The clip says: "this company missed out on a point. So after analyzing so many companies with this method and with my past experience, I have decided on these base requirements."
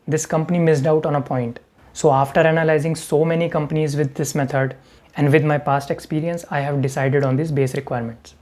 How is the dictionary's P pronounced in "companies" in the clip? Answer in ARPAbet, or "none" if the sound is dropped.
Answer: P